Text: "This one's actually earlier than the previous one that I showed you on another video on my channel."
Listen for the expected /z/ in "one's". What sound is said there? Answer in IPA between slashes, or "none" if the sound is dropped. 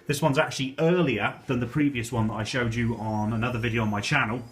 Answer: /z/